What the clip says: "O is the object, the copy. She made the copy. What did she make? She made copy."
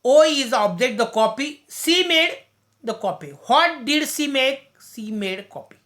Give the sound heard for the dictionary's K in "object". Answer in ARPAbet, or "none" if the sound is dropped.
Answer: none